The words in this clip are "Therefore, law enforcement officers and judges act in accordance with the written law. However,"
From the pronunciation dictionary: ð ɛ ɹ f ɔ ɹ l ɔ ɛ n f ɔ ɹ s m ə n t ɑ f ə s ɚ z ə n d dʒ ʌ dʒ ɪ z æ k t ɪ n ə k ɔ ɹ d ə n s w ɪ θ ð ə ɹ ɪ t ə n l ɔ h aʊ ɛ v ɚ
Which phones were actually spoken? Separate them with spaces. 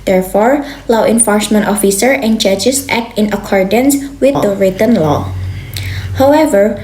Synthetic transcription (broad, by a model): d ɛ ɹ f ɔ ɹ l ɔ ɛ n f ɔ ɹ s m ə n t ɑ f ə s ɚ ə n dʒ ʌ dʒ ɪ s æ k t ɪ n ə k ɔ ɹ d ə n s w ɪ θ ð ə ɹ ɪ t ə n l ɔ h aʊ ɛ v ɚ